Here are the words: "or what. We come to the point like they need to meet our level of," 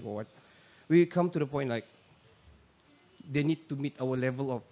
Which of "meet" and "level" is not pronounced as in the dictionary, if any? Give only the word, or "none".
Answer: none